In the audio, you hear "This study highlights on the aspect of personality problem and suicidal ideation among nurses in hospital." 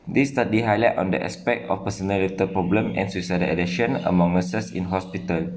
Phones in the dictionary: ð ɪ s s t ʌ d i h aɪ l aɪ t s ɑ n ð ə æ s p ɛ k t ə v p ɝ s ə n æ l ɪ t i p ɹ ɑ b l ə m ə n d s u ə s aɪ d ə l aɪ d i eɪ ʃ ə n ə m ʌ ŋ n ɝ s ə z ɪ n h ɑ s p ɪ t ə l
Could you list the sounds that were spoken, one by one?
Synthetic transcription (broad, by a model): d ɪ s s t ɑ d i h aɪ l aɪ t ɑ n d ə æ s p ɛ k t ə f p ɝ s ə n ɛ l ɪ t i p ɹ ɑ b l ə m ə n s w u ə s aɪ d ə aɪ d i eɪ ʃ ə n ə m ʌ ŋ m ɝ s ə s ɪ n h ɑ s p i t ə l